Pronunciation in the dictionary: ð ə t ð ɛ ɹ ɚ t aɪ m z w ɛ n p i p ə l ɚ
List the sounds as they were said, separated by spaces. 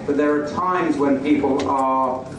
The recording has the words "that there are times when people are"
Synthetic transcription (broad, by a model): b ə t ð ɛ ɹ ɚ t aɪ m z w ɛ n p i p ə l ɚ